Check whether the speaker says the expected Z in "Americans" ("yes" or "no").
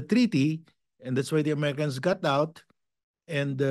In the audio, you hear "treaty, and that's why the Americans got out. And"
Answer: no